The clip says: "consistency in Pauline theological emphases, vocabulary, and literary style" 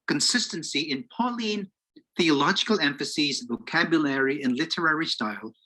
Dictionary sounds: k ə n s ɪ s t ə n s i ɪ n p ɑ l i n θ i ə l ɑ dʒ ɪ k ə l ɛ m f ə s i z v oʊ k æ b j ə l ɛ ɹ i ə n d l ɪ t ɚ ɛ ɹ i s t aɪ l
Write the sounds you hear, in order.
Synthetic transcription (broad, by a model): k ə n s ɪ s t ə n s i ɪ n p ɑ l i n θ i ə l ɑ dʒ ɪ k ə l ɛ m f ə s i z v oʊ k æ b j ə l ɛ ɹ i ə n l ɪ t ɚ ɛ ɹ i s t aɪ l